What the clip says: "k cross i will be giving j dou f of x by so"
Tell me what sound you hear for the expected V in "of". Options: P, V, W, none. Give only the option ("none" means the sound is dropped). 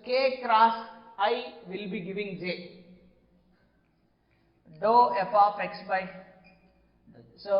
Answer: P